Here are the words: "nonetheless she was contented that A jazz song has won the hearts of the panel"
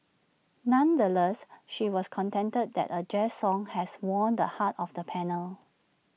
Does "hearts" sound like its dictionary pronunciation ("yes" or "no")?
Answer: no